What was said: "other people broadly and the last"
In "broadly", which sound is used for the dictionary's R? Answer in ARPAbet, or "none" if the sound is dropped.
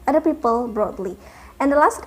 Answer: R